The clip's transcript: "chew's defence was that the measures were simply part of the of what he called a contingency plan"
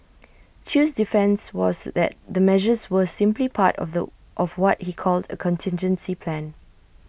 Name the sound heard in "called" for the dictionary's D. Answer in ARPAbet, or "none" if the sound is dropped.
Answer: D